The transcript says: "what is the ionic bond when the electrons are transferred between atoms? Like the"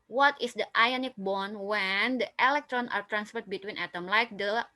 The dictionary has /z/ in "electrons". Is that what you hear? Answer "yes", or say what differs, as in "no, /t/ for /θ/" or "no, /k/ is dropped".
no, /z/ is dropped